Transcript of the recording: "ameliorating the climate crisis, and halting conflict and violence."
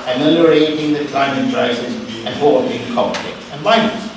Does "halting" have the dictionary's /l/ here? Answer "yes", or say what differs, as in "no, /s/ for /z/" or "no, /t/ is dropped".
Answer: no, /l/ is dropped